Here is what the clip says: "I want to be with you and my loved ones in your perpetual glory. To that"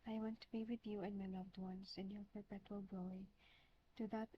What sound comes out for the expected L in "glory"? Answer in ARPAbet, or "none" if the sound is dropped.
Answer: none